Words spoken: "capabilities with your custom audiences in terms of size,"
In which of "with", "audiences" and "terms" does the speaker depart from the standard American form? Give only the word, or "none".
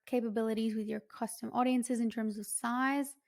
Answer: none